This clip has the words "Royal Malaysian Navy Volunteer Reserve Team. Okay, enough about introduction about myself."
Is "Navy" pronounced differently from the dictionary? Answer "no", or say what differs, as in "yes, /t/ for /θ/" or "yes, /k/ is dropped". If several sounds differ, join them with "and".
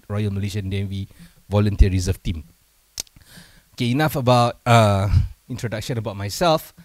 yes, /w/ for /v/